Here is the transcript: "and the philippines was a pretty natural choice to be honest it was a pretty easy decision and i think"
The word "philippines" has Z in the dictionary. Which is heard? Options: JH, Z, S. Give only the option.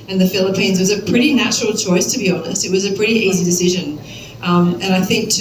Z